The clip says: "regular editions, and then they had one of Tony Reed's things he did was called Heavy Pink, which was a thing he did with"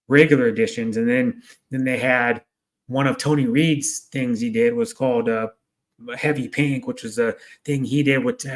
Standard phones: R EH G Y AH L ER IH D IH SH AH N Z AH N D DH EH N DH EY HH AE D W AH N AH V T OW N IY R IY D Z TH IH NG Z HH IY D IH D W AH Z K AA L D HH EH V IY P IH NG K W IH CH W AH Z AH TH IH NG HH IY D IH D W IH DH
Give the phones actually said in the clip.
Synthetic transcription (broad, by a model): R EH G Y L ER IH D IH SH AH N Z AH N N DH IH N DH EY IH D W AH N AH V T OW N IY R IY D Z TH IH NG Z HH IY D IH D W AH Z K AA L D HH EH V IY P IH NG K W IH CH W AH Z AH TH IH NG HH IY D IH D W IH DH